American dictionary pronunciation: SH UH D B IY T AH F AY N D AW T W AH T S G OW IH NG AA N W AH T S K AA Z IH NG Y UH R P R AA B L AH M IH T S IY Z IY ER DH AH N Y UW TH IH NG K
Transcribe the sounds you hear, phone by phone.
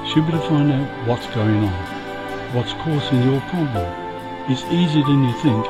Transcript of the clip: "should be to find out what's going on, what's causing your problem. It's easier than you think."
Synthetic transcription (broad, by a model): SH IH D B IY T AH F AY N D AW T W AH T S G OW IH NG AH N W AH T S K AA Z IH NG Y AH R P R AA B AH IH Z IY Z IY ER DH AH N Y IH TH IH NG K